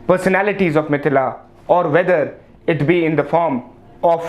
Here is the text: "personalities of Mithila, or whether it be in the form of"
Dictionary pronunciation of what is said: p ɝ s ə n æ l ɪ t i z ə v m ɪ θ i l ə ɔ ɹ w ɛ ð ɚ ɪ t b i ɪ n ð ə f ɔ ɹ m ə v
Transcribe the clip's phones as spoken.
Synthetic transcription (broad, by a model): p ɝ s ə n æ l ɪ t i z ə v m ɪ t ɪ l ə ɔ ɹ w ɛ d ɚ ɪ t b i ɪ n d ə f ɔ ɹ m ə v